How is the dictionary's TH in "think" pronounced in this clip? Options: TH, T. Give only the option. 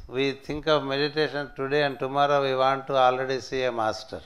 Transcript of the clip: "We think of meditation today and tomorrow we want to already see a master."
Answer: T